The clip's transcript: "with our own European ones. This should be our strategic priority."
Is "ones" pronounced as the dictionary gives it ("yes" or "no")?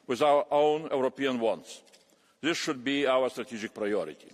no